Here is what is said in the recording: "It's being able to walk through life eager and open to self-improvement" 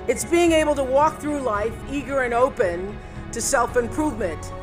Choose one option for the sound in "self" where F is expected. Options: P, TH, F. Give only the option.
F